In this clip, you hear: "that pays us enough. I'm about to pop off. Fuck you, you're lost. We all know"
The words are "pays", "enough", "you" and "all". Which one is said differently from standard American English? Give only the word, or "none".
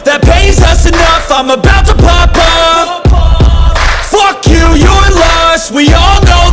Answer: none